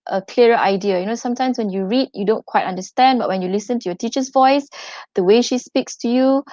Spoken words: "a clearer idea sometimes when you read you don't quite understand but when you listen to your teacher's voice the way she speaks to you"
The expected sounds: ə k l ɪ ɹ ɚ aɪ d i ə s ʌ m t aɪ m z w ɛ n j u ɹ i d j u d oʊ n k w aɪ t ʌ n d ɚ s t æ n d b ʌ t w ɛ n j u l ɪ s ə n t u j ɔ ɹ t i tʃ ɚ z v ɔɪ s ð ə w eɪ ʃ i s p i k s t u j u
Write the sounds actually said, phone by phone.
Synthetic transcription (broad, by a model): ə k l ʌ ɹ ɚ aɪ d i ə s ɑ m t aɪ m s w ɛ n j u ɹ i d j u d oʊ n k w aɪ t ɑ n d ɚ s t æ n d b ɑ t w ɛ n j u l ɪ s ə n t u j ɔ t i tʃ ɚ s v ɔɪ s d ə w eɪ ʃ i s p i k s t u j u